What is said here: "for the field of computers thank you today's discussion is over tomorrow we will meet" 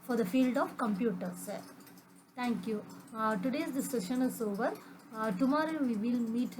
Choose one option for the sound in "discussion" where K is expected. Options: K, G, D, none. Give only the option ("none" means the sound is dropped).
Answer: none